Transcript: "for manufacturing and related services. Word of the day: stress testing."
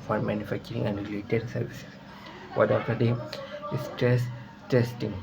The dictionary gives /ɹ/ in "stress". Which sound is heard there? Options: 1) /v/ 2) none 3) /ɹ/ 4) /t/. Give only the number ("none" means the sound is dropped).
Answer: 2